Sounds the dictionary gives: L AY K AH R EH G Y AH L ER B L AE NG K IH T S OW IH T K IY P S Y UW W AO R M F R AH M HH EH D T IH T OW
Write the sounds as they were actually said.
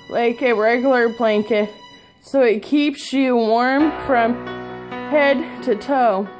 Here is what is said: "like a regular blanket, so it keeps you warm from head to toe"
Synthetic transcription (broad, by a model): L AY K AH R EH G Y L ER B L AE NG K IH T S OW IH T K IY P S Y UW W AO R M F R AH M HH EH D T IH T OW